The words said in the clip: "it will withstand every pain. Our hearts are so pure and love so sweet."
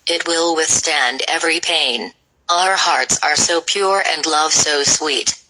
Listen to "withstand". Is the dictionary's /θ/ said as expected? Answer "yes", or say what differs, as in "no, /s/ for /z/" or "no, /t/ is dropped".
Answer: yes